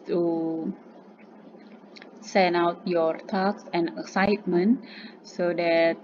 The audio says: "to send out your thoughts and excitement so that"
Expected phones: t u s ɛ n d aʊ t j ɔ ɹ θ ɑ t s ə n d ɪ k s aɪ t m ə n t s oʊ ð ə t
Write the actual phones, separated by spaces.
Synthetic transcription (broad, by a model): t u s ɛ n aʊ t j ɔ ɹ t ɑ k s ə n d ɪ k s aɪ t m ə n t s oʊ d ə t